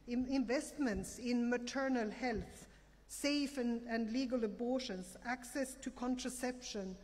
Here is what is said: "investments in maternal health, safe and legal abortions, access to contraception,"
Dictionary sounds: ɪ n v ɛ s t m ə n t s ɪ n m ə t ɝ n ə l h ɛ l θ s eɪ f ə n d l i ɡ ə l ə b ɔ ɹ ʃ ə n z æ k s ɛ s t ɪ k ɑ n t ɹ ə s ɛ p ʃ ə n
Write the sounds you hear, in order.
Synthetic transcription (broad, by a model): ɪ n v ɛ s t m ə n t s ɪ n m ə t ɝ n ə l h ɛ l θ s eɪ f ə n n l i ɡ ə l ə b ɔ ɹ ʃ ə n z æ k s ɛ s t ɪ k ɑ n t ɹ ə s ɛ p ʃ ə n